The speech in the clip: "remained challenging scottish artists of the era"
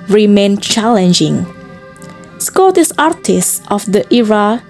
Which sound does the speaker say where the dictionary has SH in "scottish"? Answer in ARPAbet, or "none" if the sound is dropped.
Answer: S